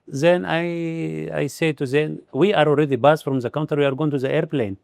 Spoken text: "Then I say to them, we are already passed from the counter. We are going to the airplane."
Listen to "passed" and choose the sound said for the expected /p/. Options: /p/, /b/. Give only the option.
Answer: /b/